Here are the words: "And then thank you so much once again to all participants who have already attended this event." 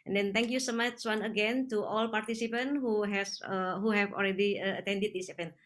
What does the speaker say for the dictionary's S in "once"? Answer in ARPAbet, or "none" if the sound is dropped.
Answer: none